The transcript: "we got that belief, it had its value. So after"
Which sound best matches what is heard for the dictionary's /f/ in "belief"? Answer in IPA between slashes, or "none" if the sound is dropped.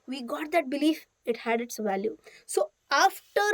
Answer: /f/